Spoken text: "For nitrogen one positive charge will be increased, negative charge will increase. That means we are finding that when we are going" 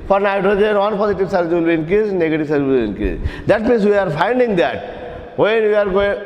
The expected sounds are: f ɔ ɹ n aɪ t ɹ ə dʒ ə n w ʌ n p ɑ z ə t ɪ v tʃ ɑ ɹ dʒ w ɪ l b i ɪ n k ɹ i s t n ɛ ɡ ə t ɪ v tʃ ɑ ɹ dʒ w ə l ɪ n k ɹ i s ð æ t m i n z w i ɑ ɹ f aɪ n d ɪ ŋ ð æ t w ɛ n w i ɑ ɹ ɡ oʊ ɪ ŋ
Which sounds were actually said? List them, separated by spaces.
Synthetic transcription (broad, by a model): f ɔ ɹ n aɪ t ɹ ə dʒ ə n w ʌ n p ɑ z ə t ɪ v s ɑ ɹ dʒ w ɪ l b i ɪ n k i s n ɛ ɡ ə t ɪ v s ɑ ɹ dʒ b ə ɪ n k i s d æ t m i n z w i ɑ ɹ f aɪ n d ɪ ŋ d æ t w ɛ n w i ɑ ɹ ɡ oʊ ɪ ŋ